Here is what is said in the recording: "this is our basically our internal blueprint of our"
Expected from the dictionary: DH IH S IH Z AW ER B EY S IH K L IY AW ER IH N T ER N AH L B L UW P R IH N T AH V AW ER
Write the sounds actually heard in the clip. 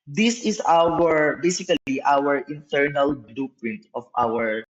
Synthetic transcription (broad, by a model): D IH S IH S AW ER B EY S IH K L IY AW ER IH N T ER N AH L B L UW P R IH N T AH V AW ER